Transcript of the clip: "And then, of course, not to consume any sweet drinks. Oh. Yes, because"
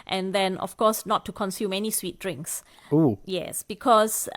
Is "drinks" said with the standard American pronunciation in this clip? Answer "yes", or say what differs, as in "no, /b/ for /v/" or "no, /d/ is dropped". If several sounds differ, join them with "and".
yes